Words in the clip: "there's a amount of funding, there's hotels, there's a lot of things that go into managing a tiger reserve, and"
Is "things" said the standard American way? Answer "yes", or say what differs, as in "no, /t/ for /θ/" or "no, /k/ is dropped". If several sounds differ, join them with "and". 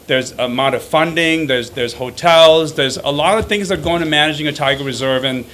yes